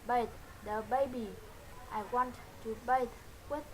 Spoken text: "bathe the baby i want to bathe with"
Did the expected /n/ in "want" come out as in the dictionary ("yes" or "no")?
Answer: yes